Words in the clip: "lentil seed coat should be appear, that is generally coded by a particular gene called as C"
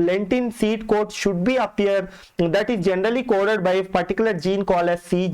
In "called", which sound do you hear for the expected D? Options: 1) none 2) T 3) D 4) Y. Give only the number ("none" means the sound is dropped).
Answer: 1